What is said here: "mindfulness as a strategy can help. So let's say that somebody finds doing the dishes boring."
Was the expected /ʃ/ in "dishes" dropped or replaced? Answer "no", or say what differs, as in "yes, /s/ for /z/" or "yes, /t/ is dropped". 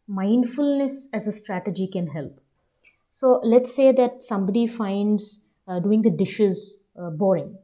no